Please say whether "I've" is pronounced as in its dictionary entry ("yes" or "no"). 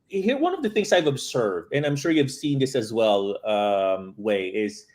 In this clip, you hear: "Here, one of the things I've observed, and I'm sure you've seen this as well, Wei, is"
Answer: yes